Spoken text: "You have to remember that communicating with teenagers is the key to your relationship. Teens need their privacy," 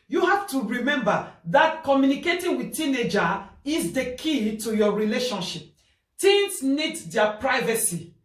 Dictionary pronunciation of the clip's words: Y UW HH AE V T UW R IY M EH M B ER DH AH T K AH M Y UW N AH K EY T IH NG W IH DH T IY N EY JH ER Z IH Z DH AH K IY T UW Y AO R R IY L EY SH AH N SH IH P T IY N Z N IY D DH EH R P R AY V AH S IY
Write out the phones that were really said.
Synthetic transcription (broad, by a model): Y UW HH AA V T UW R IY M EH M B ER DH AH T K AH M Y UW N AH K EY T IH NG W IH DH T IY N EY JH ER IH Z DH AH K IY T UW Y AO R R IY L EY SH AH N SH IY P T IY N S N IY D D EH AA P R AY V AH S IY